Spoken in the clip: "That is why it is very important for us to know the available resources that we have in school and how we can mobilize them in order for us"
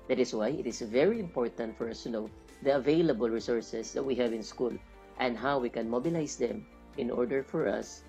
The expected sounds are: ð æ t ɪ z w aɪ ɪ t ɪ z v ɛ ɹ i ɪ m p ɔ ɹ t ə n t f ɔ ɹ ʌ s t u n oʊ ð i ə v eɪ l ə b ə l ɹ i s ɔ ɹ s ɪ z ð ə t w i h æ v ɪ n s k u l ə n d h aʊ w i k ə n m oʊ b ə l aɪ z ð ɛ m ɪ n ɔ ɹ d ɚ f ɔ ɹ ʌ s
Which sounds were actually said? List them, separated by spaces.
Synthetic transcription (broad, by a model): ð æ t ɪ s w aɪ ɪ t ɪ s v ɛ ɹ i ɪ m p ɔ ɹ t ə n t f ɔ ɹ ʌ s t u n oʊ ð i ə v eɪ l ə b ə l ɹ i s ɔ ɹ s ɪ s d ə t w i h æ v ɪ n s k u l ə n d h aʊ w i k ə n m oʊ b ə l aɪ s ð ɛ m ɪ n ɔ ɹ d ɚ f ɔ ɹ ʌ s